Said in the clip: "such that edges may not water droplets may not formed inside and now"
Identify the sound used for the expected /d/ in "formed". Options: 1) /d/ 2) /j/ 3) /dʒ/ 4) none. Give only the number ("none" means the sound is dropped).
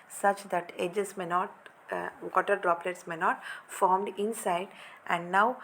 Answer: 1